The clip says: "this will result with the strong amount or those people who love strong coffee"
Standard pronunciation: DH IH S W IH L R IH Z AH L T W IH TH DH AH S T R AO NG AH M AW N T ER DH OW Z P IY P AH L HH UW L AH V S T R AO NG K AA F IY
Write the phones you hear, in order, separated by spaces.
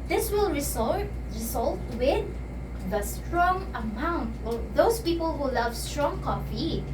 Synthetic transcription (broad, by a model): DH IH S W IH L R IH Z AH L T W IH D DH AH S T R AO NG AH M AW N T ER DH OW S P IY P AH L HH UW L AH V S T R AO NG K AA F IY